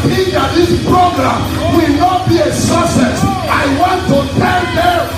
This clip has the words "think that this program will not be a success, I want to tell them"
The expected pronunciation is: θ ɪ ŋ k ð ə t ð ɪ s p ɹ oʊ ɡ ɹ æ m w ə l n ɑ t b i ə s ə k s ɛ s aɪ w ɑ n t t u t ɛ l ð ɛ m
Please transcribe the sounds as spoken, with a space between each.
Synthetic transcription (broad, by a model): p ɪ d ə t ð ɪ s p ɹ oʊ ɡ ɹ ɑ m w ə l n ɑ t b i ə s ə s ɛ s aɪ w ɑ n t t u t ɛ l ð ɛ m